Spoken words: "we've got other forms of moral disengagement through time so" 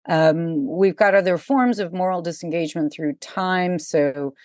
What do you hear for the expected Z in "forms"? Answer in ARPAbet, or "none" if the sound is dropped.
Z